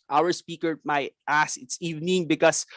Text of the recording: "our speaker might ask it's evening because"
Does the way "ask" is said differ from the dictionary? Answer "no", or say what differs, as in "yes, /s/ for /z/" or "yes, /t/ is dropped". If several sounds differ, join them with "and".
yes, /k/ is dropped